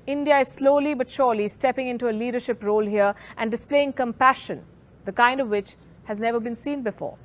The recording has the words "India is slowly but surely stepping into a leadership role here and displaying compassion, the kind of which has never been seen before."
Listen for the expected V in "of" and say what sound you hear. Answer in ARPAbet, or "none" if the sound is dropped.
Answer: V